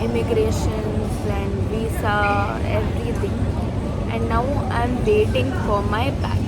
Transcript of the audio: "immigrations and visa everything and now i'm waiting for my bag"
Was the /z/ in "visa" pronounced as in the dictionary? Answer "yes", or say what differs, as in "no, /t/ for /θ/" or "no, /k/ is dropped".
no, /s/ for /z/